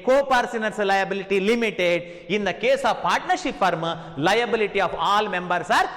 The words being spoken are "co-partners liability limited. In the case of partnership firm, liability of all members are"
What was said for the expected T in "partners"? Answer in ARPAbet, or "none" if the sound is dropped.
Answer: S